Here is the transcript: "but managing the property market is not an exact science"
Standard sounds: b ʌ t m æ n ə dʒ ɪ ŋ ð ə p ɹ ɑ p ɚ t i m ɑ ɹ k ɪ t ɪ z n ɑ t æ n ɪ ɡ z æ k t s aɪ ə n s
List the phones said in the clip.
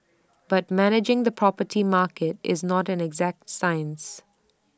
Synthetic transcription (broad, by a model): b ʌ t m æ n ə dʒ ɪ ŋ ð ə p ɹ ɑ p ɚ t i m ɑ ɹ k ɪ t ɪ z n ɑ t æ n ɪ ɡ z æ k t s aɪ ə n s